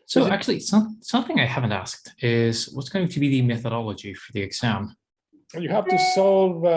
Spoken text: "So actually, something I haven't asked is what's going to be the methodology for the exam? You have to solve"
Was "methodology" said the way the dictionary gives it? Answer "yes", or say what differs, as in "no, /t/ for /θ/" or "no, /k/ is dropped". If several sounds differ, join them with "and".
yes